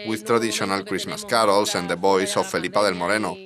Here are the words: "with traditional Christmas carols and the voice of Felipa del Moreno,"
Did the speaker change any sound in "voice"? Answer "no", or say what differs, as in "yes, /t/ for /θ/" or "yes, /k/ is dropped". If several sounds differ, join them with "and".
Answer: yes, /b/ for /v/